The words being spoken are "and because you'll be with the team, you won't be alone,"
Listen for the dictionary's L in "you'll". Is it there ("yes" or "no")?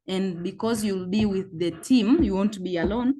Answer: yes